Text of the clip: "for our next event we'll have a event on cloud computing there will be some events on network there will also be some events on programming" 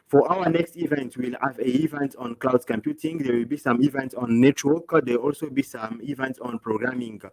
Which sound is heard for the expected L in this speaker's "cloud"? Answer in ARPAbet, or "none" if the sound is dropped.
L